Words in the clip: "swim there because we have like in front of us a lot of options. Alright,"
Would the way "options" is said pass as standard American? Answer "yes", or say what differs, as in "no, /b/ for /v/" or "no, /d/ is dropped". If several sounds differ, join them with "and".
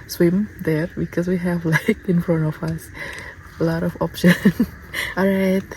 no, /z/ is dropped